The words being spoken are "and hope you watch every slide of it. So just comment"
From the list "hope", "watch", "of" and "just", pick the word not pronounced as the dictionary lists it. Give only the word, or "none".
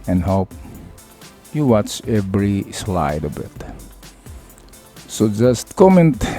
of